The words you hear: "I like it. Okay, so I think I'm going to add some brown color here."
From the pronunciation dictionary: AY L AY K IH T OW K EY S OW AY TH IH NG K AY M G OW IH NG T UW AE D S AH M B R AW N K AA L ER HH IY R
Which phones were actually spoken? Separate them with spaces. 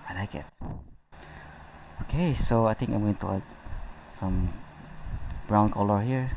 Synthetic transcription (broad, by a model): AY L AY K IH T OW K EY S OW AY T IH NG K AY M G OW IH NG T UW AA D S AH M B R AW N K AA L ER HH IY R